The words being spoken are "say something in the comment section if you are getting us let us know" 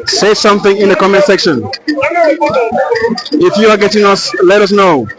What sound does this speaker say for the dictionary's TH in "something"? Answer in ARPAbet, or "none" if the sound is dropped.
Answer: TH